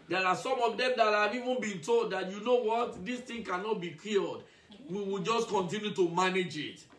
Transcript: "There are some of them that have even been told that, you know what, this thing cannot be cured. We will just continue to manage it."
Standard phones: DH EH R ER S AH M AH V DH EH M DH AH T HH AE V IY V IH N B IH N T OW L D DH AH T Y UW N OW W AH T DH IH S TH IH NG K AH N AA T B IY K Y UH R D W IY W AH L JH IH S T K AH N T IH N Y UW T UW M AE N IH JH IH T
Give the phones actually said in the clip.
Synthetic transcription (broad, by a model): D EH R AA S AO M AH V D EH M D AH T HH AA V IY V IH N B IH N T OW L D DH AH T Y UW N OW W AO T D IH S T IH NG K AH N AA T B IY K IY L D W IY W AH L JH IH S K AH N T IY N Y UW T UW M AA N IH JH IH T